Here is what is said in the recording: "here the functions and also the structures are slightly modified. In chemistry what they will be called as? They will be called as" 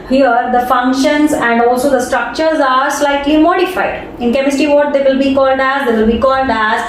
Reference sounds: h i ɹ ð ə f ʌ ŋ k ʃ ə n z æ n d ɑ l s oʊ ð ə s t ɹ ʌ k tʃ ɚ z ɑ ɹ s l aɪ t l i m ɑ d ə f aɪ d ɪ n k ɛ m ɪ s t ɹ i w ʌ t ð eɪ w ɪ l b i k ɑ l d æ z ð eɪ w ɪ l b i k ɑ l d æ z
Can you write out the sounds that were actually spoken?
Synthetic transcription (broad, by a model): h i ɹ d ə f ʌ ŋ k ʃ ə n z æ n d ɑ l s oʊ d ə s t ɹ ʌ k tʃ ɚ z ɑ ɹ s l aɪ t l i m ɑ d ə f aɪ d ɪ n k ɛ m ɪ s t i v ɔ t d eɪ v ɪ l b i k ɑ l d æ z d eɪ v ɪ l b i k ɑ l d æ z